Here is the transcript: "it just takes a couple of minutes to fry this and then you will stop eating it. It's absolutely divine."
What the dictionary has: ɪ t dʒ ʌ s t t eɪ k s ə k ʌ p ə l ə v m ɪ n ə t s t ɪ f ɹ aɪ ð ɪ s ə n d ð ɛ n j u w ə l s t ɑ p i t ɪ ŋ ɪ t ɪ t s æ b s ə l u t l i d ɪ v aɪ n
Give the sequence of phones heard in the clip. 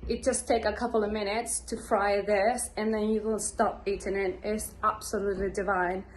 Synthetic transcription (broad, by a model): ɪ t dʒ ʌ s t t eɪ k ə k ʌ p l ə v m ɪ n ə t s t ɪ f ɹ aɪ ð ɪ s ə n ð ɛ n j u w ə n s t ɑ p i t ɪ ŋ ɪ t ɪ t s æ b s ə l u t l i d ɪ v aɪ n